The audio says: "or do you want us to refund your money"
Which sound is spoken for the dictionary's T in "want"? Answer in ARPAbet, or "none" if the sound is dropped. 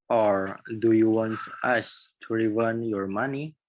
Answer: T